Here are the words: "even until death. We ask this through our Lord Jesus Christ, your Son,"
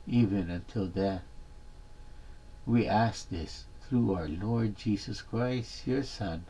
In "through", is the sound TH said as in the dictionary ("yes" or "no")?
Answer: yes